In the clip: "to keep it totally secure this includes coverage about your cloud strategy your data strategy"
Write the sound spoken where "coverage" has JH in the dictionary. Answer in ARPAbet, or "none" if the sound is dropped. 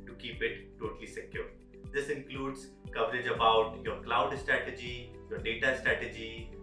JH